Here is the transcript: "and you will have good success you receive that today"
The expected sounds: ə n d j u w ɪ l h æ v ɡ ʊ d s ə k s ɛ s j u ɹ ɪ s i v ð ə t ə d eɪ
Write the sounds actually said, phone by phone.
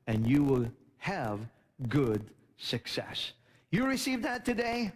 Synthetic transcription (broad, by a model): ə n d j u w ɪ l h æ v ɡ ʊ d s ə k s ɛ s j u ɹ ɪ s i v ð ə t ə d eɪ